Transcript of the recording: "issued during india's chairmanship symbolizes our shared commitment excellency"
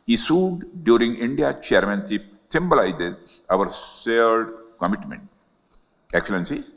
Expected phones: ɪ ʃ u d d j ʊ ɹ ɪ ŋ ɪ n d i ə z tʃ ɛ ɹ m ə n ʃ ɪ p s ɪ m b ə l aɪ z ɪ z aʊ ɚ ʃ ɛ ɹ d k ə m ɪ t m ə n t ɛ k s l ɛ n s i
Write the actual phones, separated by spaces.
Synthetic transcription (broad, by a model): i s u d d j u ɹ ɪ ŋ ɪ n d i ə tʃ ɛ ɹ m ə n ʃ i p s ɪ m b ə l aɪ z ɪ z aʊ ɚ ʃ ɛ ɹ d k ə m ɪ t m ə n t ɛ k s l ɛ n s i